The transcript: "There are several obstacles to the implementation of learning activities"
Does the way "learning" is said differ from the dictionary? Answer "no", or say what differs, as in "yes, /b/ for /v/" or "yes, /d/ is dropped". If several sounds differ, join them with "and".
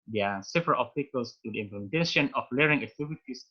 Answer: yes, /n/ is dropped